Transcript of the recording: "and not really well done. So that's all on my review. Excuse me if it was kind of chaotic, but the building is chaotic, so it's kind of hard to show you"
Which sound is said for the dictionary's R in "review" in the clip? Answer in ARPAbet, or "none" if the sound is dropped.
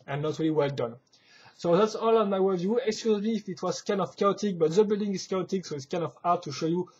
W